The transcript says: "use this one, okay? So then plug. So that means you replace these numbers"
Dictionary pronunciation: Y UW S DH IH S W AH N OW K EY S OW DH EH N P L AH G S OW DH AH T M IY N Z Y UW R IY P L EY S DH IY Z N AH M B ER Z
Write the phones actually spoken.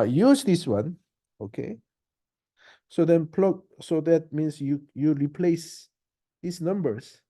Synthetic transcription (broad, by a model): Y UW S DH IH S W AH N OW K EY S OW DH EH N P L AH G S OW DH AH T M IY N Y Y UW R IY P L EY S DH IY S N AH M B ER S